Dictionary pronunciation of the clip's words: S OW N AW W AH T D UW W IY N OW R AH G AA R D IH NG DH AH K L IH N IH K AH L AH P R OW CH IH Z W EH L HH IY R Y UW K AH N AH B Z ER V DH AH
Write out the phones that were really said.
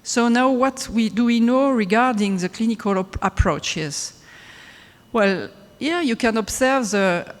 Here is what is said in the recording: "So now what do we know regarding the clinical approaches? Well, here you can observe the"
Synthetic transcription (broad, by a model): S OW N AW W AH T D UW W IY N OW R AH G AA R D IH NG DH AH K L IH N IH K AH L AH P R OW CH IH Z W EH L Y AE Y UW K AH N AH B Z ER V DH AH